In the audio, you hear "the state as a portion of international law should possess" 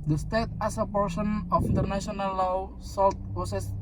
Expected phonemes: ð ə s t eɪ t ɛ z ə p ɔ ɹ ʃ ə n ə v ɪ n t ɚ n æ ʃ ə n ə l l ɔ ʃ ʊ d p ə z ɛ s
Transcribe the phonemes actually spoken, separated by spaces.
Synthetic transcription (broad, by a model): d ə s t eɪ t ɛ s ə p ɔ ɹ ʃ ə n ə f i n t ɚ n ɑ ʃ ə n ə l l ɔ s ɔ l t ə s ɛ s